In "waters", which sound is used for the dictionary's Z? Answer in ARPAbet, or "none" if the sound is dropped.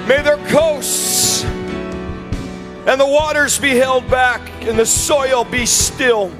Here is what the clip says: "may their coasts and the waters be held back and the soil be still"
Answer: Z